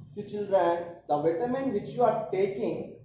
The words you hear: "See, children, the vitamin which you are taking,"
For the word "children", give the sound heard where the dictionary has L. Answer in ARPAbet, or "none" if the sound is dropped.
L